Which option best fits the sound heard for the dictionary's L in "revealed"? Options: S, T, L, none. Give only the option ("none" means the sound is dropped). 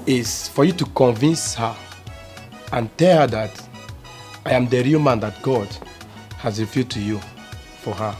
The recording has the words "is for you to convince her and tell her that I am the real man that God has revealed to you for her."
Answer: none